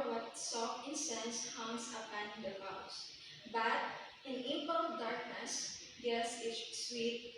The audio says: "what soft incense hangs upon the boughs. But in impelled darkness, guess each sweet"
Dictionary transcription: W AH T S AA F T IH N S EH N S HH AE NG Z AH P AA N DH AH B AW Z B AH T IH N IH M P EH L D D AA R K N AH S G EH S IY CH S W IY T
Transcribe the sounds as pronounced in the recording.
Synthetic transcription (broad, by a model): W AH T S AA F T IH N S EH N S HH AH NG S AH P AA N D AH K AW S B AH T IH N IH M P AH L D D AA R K N AH S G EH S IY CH S W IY T